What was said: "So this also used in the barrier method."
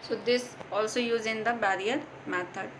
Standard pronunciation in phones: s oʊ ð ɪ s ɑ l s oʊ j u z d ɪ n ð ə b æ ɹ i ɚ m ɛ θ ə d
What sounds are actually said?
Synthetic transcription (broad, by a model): s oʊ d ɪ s ɑ l s oʊ j u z ɪ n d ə b æ ɹ i ɚ m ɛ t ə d